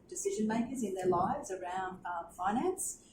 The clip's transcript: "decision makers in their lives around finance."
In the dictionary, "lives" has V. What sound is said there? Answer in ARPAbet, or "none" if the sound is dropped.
V